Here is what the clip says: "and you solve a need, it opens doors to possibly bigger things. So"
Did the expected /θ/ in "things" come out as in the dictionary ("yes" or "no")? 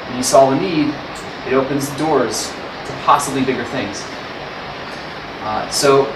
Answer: yes